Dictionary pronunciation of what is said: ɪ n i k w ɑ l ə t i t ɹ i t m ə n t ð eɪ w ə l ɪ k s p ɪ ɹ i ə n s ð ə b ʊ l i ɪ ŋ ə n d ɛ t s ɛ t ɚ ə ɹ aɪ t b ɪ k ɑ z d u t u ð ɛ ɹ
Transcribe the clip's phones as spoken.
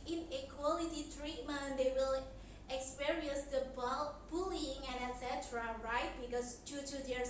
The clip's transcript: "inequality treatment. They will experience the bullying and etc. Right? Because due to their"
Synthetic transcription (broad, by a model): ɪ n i k w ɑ l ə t i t ɹ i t m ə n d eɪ w ə l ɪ k s p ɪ ɹ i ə n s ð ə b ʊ l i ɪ ŋ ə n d ɛ t s ɛ t ɚ ə ɹ aɪ t b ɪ k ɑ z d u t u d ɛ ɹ